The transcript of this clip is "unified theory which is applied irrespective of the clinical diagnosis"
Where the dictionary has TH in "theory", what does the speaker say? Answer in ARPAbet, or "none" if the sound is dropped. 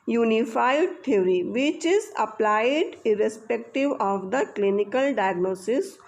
T